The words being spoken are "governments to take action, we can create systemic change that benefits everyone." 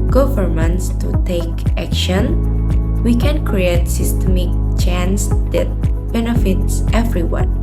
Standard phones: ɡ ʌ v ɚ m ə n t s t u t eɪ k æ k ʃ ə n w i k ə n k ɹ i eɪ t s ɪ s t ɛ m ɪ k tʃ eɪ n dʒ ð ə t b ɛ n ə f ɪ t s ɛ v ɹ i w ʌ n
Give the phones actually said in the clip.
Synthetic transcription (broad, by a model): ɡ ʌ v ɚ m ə n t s t u t eɪ k æ k ʃ ə n w i k ə n k ɹ i eɪ t s ɪ s t ɛ m ɪ k tʃ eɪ n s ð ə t b ɛ n ə f ɪ t s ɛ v ɹ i w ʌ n